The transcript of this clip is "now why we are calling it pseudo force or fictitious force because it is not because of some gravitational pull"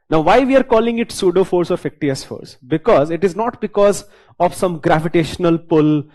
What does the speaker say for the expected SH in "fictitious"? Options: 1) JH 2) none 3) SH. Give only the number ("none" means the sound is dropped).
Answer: 2